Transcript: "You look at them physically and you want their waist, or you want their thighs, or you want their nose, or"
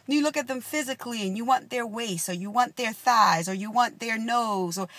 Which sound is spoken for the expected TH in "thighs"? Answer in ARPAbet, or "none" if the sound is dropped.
TH